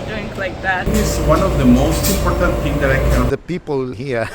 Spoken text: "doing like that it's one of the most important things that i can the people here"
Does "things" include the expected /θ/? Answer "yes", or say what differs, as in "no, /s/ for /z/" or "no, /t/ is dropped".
no, /t/ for /θ/